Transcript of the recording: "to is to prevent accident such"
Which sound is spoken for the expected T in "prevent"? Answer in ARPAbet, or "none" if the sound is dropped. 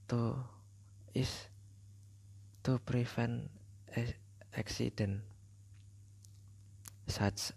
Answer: none